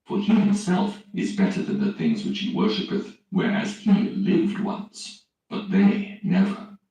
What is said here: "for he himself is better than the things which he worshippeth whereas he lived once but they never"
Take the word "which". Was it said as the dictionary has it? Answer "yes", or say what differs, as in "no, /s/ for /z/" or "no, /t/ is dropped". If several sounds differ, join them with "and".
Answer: yes